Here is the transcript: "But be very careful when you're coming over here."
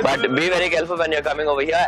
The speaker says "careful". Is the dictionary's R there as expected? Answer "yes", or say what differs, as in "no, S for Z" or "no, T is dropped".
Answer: no, L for R